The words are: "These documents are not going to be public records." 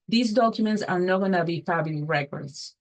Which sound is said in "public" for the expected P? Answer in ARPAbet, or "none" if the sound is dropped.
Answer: F